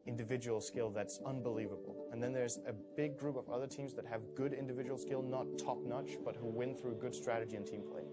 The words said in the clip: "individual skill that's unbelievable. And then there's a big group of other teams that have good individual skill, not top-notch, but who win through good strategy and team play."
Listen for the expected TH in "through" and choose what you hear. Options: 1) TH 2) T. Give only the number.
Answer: 1